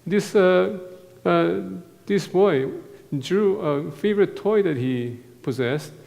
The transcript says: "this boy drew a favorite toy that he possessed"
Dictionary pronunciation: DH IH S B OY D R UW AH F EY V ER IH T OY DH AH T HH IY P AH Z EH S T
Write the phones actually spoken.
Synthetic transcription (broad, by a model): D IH S B OY D R UW AH F EY V ER IH T OY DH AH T HH IY P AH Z EH S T